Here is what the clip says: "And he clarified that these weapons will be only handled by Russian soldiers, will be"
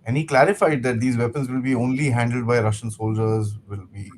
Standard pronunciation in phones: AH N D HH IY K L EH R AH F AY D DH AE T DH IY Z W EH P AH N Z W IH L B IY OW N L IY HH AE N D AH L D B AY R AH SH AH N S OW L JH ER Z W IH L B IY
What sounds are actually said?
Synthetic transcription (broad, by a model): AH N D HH IY K L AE R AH F AY D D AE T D IY Z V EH P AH N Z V IH L B IY OW N L IY HH AE N D AH L D B AY R AH SH AH N S OW L JH ER Z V IH L B IY